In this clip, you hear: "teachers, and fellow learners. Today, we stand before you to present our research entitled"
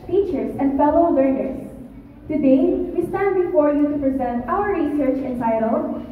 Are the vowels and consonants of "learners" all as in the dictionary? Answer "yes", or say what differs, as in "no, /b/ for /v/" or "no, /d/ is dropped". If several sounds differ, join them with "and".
no, /w/ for /l/ and /s/ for /z/